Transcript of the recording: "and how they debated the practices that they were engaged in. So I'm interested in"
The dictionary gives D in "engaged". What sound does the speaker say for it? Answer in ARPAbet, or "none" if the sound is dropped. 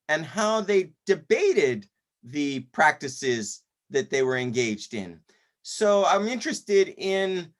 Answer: D